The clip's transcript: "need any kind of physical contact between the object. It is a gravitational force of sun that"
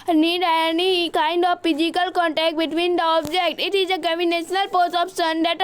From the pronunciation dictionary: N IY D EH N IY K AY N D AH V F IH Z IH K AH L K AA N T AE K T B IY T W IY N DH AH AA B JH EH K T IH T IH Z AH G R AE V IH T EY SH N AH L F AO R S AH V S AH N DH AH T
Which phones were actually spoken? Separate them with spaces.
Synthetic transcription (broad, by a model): N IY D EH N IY K AY N D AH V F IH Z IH K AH L K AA N T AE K T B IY T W IY N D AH AA B JH EH K T IH T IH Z AH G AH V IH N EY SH N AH L P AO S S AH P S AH N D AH T